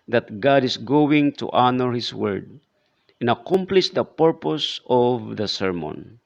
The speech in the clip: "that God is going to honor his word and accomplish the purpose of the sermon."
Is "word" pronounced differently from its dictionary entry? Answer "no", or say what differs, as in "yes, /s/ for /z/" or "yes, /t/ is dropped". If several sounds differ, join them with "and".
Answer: no